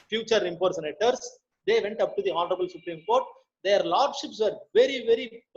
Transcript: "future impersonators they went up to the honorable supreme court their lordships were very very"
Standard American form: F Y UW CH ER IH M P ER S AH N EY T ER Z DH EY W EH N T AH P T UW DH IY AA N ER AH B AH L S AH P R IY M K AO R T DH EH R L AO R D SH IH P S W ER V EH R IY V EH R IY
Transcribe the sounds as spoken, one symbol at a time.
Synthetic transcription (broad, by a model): F Y UW CH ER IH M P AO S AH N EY T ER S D EY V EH N T AH P T UW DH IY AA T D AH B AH L S AH P R IY M K AO R T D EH R L AO R D SH IH P S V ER V EH R IY V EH R IY